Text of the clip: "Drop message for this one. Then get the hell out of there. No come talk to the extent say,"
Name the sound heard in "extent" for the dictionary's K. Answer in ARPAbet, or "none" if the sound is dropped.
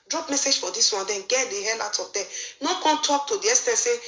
none